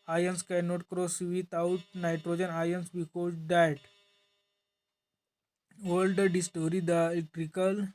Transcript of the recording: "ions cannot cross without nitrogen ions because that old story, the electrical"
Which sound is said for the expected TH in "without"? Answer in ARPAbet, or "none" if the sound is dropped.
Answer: T